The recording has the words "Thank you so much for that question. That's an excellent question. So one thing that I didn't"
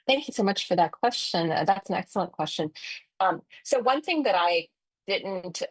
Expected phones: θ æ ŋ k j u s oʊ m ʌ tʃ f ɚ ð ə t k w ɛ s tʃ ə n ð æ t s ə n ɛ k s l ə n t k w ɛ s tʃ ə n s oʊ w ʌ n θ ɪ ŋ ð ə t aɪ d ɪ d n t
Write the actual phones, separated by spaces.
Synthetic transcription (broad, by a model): θ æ ŋ k j u s oʊ m ʌ tʃ f ɚ ð ə t k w ɛ s tʃ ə n ð æ t s n ɛ k s l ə n k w ɛ s tʃ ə n s oʊ w ʌ n θ ɪ ŋ ð ə t aɪ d ɪ d n t